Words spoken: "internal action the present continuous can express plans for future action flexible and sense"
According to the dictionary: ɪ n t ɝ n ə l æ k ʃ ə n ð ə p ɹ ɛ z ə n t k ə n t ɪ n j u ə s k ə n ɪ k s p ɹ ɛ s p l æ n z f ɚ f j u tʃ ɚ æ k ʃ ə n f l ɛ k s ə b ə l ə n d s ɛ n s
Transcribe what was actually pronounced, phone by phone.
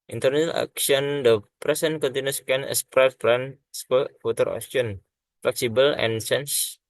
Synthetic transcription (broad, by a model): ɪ n t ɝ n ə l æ k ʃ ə n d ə p ɹ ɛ s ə n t k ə n t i n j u s k ə n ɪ s p ɹ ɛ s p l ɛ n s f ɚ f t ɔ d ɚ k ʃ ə n f l ɛ k s ə b ə l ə n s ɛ n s